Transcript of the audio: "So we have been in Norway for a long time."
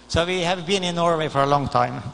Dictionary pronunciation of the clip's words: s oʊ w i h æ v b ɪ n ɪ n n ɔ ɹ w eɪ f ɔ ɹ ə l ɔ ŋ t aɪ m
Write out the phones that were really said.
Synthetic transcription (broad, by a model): s oʊ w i h æ v b ɪ n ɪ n n ɔ ɹ w eɪ f ɔ ɹ ə l ɔ ŋ t aɪ m